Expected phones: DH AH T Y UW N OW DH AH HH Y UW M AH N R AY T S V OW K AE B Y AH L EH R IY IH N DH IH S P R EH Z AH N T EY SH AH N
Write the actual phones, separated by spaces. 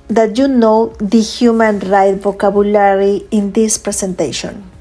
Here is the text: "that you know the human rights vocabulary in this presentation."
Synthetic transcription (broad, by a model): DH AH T Y UW N OW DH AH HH Y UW M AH N R AY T V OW K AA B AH L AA R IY IH N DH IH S P R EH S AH N T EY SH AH N